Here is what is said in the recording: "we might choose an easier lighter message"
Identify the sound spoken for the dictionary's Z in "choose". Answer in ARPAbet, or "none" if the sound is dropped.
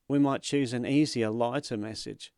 Z